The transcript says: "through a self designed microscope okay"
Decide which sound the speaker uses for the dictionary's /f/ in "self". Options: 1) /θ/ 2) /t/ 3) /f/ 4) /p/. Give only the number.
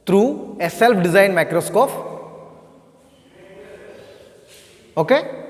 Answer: 4